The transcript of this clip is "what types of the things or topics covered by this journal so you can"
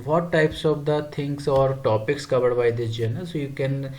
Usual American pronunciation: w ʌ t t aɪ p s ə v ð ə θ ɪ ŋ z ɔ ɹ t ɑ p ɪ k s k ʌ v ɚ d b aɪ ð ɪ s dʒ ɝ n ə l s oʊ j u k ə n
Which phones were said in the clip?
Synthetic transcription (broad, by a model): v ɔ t t aɪ p s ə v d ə t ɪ ŋ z ɔ ɹ t ɑ p ɪ k s k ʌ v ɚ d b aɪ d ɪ dʒ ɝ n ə s oʊ j u k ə n